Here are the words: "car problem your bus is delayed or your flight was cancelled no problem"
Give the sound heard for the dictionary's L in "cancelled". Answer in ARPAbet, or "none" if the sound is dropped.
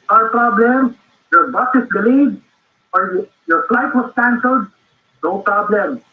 none